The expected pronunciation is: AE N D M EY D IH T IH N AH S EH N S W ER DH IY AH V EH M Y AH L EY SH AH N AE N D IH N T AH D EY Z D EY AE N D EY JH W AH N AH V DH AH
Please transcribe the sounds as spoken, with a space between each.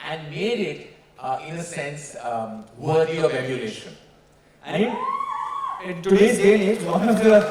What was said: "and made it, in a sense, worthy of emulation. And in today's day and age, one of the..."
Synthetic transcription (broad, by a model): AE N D M EY D IH T IH N AH S EH N S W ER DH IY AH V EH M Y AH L EY SH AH N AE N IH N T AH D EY D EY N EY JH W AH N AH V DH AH